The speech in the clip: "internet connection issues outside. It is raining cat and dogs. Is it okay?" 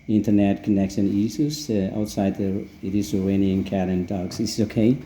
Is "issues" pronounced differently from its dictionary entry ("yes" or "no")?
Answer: yes